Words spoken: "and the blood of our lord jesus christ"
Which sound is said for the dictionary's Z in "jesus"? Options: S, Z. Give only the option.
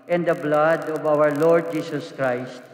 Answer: S